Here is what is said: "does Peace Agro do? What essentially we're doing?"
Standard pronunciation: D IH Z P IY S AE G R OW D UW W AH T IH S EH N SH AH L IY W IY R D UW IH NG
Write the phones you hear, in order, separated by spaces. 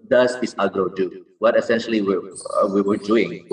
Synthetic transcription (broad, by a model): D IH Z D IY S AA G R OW D UW W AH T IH S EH N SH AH L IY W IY W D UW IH NG